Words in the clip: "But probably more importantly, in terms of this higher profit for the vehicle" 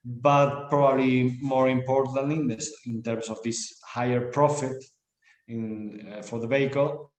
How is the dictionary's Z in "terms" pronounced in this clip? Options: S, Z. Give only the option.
S